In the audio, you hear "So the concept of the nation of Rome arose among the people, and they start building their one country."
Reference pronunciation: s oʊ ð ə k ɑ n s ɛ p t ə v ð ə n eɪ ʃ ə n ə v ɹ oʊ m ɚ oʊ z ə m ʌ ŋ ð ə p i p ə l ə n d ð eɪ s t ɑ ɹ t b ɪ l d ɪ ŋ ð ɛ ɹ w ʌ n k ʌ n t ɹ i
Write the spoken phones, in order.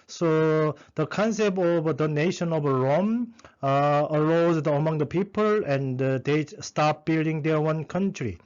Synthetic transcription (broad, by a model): s oʊ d ə k ɑ n s ɛ p t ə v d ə n eɪ ʃ ə n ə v ɹ oʊ m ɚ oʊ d ə m ʌ ŋ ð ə p i p ə l ə n d eɪ s t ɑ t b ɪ l d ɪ ŋ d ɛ w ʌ n k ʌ n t ɹ i